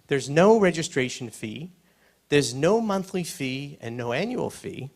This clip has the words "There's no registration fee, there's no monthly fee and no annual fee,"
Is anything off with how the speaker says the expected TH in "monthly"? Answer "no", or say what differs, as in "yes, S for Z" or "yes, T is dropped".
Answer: no